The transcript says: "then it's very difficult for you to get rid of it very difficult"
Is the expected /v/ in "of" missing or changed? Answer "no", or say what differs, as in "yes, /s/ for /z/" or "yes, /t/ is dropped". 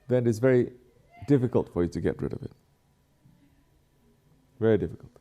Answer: no